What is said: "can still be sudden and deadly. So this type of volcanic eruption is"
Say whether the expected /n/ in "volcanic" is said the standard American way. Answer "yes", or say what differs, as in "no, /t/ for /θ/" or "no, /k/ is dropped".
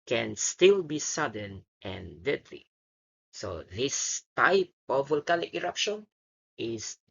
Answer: no, /l/ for /n/